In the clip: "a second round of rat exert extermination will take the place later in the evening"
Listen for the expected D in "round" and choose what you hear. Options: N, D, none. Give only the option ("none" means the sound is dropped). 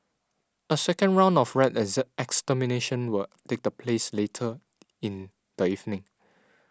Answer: D